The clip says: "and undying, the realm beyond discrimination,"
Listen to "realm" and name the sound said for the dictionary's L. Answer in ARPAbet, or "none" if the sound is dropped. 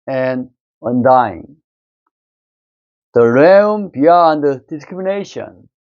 none